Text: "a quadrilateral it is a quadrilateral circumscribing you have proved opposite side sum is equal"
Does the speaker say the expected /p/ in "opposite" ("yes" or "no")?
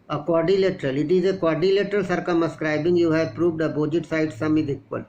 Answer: no